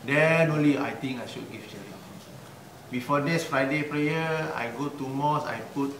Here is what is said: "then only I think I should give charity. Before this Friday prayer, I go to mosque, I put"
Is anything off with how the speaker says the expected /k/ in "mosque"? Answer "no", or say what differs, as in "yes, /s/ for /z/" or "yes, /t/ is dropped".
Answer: yes, /k/ is dropped